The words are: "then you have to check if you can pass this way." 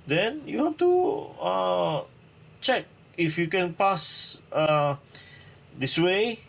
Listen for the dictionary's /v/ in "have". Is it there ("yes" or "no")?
no